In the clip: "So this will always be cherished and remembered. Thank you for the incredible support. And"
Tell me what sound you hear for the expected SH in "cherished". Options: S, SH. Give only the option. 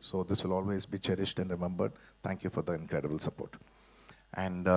SH